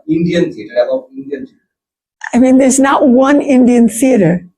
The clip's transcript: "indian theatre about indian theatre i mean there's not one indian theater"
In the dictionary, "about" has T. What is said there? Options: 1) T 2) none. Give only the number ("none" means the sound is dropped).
2